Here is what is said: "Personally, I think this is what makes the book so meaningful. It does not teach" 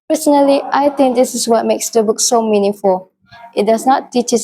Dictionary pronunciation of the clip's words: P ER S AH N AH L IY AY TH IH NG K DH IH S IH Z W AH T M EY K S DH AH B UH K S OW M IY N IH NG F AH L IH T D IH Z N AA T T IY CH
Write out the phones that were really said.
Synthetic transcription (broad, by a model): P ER S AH N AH L IY AY T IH NG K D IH S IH S W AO T M EY K S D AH B UH K S OW M IY N IH NG F AH L IH T D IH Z N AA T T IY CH